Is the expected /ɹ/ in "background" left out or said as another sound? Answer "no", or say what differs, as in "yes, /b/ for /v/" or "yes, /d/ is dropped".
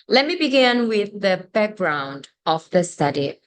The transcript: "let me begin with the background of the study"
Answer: no